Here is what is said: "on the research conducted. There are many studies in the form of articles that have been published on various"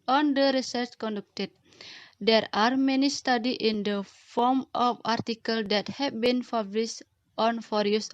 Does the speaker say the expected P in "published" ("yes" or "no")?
no